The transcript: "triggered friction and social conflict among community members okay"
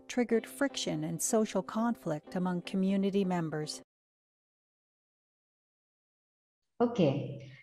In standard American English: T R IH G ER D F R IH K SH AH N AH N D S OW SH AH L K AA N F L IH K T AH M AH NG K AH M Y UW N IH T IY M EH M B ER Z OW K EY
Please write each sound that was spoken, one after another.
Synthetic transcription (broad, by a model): T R IH G ER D F R IH K SH AH N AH N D S OW SH L K AA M F L IH K T AH M AH NG K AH M Y UW N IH T IY M EH M B ER Z OW K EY